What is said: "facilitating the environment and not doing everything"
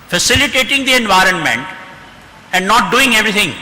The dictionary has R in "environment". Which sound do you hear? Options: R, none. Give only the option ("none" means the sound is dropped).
R